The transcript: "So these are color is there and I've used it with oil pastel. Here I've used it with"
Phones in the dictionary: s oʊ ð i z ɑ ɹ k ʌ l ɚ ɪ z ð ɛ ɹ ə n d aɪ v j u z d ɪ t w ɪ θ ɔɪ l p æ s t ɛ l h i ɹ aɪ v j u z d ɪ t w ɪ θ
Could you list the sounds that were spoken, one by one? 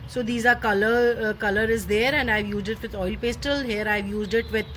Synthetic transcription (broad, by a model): s oʊ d i z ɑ l k ʌ l ɚ ɪ z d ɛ ɹ ə n d aɪ v j u z d ɪ t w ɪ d ɔɪ l p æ s t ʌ l h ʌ ɹ aɪ v j u z d ɪ t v ɪ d